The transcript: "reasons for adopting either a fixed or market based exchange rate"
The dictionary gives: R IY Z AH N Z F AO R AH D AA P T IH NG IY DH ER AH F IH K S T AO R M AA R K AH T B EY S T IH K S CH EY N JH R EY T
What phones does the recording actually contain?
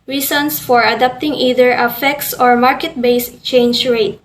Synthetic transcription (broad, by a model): R IY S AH N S F AO R AH D AA P T IH NG IY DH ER AH F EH K S AO R M AA R K AH T B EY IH S CH EY N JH R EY T